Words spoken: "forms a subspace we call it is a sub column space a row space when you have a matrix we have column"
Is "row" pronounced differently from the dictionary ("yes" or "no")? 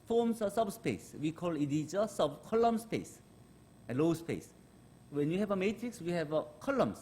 yes